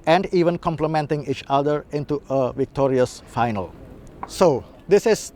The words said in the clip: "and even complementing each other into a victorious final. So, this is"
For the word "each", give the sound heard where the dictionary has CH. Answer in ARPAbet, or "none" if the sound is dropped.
CH